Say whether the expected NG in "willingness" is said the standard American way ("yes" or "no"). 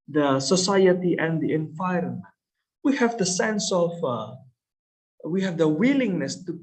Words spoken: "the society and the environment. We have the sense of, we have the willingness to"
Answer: yes